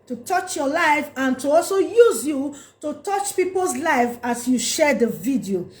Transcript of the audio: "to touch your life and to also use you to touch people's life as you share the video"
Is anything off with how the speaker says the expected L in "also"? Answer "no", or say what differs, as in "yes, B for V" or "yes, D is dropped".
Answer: no